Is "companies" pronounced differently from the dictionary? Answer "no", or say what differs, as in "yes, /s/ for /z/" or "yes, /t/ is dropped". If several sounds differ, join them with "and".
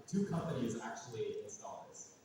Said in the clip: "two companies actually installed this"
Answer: no